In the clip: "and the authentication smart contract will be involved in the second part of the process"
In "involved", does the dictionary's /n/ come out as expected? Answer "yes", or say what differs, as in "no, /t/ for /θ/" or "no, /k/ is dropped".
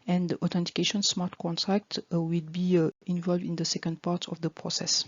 yes